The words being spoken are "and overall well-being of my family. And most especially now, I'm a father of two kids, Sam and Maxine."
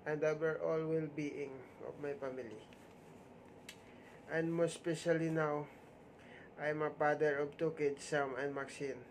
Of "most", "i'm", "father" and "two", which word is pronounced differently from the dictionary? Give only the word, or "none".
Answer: father